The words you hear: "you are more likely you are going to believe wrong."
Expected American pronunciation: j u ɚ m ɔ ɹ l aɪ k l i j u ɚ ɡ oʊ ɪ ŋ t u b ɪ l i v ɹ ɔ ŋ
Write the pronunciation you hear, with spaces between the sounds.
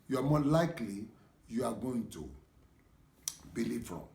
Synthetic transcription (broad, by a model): j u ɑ m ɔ l aɪ k l i j u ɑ ɡ oʊ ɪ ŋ t u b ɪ l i f ɹ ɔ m